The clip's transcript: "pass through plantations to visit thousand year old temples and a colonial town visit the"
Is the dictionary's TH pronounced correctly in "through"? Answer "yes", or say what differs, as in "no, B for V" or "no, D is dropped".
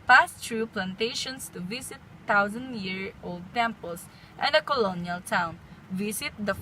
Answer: no, T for TH